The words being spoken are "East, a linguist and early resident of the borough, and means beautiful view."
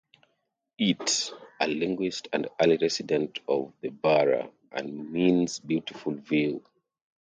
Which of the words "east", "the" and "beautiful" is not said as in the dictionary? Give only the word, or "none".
east